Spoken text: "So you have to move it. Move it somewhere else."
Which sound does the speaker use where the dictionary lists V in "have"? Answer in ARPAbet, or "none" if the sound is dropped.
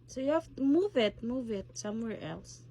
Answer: F